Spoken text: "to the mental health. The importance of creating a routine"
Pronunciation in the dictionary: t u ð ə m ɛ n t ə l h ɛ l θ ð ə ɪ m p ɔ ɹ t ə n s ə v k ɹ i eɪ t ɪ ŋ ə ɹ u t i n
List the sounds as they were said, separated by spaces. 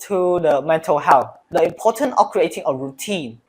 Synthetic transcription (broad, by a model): t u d ə m ɛ n t ə l h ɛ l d ə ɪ m p ɔ t ə n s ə f k ɹ i eɪ t ɪ ŋ ə ɹ u t i n